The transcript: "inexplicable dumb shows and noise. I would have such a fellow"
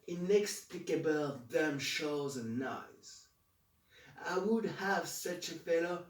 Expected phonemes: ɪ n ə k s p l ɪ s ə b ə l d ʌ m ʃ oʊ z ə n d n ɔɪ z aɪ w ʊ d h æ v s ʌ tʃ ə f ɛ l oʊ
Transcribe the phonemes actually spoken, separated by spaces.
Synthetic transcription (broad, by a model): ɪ n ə k s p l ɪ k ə b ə l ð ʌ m ʃ oʊ z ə n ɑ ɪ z aɪ w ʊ d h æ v s ʌ tʃ ə f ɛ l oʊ